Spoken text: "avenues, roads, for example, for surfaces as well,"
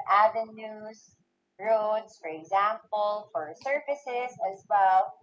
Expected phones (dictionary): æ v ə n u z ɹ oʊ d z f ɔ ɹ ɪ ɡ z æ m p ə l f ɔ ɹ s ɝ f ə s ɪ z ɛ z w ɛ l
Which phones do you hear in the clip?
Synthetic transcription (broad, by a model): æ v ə n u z ɹ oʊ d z f ɔ ɹ ɪ ɡ z æ m p ə l f ɔ ɹ s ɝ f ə s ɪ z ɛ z w ɛ l